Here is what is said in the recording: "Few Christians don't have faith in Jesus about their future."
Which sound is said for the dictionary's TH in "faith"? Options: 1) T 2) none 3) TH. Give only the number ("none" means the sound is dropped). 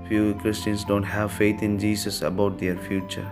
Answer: 1